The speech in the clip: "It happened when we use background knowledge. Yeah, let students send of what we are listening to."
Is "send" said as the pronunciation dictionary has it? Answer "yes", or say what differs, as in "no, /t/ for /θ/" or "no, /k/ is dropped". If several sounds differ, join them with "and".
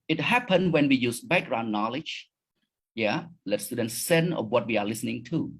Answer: no, /d/ is dropped